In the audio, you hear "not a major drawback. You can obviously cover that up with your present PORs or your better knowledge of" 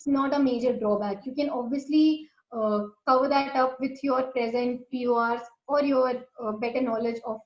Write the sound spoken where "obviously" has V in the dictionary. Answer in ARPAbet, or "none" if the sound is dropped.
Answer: V